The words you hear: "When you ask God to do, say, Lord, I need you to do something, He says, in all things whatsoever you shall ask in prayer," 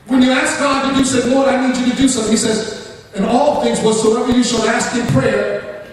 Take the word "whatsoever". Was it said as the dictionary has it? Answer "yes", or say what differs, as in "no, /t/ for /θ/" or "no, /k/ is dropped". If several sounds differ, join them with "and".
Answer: no, /v/ is dropped